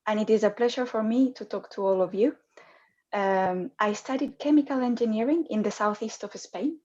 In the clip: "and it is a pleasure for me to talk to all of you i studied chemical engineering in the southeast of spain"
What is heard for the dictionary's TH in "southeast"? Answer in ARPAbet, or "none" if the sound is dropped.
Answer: TH